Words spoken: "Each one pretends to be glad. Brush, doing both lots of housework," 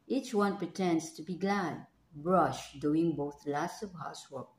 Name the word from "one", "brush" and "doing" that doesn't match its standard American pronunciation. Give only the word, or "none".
none